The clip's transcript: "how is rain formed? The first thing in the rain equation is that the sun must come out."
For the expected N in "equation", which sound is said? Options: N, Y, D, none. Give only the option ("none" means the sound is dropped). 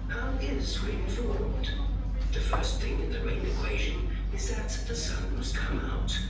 N